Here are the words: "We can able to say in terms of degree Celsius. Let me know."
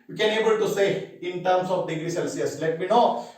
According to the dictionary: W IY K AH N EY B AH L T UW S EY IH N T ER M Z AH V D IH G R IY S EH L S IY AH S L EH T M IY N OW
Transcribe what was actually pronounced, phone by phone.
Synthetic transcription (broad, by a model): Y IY K AH N EY B AH L T UW S EY IH N T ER M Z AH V D IH G R IY S EH L S IY AH S L EH T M IY N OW